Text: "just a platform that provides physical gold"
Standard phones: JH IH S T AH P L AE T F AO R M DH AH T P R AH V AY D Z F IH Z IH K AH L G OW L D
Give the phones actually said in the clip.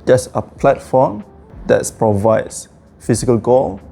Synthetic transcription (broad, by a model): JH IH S AH P L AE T F AO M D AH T P R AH V AY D S F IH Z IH K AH L G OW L